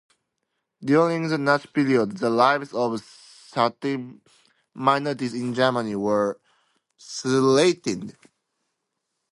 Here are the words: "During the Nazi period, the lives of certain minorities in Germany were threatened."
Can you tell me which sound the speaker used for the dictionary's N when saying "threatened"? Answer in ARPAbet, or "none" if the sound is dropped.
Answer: none